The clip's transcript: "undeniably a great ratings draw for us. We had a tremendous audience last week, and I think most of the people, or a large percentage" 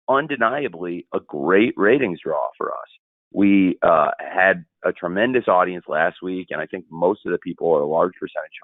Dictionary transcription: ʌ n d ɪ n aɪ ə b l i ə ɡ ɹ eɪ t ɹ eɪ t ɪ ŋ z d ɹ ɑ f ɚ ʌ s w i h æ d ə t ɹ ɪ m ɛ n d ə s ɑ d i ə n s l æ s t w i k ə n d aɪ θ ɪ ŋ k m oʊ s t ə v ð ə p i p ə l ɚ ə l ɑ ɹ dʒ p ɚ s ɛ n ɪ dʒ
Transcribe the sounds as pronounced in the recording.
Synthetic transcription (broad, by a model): ʌ n d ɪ n aɪ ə b l i ə ɡ ɹ eɪ t ɹ eɪ t ɪ ŋ z d ɹ ɑ f ɚ ʌ s w i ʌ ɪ d ə t ɹ ɪ m ɛ n d ə s ɑ d i ə n s l æ s t w i k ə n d aɪ θ ɪ ŋ k m oʊ s t ə v ð ə p i p l ɚ ə l ɑ ɹ dʒ p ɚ s ɛ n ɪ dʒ